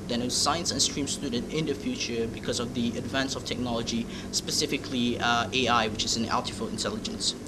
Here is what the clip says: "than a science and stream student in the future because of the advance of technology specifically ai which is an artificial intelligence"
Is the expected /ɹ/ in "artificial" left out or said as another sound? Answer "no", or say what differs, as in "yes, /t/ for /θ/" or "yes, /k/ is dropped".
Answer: yes, /l/ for /ɹ/